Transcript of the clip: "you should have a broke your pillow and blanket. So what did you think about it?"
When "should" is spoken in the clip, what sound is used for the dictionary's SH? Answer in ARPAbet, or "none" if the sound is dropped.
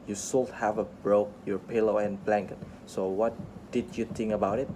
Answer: S